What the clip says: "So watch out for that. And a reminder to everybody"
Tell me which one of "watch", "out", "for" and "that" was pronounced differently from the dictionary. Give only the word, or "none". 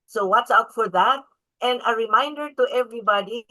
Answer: watch